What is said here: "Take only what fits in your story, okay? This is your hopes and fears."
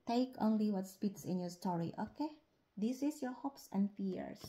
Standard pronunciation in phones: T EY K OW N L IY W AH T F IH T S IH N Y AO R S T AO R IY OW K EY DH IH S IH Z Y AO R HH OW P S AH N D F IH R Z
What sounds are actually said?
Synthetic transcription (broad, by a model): T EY K OW N L IY W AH T P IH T S IH N Y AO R S T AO R IY OW K EY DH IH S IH S Y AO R HH OW P S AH N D F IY R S